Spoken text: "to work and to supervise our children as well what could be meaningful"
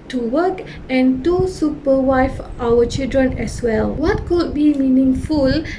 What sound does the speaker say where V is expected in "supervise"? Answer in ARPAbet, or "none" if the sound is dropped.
W